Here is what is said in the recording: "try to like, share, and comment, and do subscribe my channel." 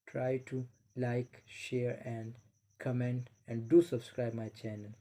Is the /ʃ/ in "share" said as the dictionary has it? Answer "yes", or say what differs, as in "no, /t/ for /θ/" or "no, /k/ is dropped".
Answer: yes